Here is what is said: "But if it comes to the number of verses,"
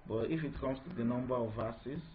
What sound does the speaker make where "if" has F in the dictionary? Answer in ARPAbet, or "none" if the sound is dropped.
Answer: F